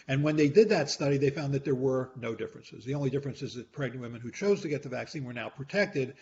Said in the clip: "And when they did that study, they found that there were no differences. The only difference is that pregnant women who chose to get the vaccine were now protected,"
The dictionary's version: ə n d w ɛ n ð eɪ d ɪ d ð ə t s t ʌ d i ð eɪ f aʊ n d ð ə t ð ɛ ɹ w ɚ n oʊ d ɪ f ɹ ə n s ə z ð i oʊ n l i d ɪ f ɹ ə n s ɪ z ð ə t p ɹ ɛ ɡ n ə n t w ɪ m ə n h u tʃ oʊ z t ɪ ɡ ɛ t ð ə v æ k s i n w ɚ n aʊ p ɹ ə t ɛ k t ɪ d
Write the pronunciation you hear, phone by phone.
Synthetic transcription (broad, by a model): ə n w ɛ n ð eɪ d ɪ d ð ə t s t ʌ d i ð eɪ f aʊ n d ð ə t ð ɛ ɹ w ɚ n oʊ d ɪ f ɹ ə n s ə z ð i oʊ n l i d ɪ f ɹ ə n s ɪ z ð ə t p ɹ ɛ ɡ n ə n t w ɪ m ə n h u tʃ oʊ z t ɪ ɡ ɛ t ð ə v æ k s i n w ɚ n aʊ p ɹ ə t ɛ k t ɪ d